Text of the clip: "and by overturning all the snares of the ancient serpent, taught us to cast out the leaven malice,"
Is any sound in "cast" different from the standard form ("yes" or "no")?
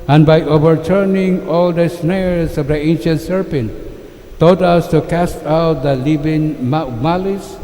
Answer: no